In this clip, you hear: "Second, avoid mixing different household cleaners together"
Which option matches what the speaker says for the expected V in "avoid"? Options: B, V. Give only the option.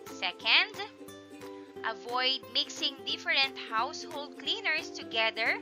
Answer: V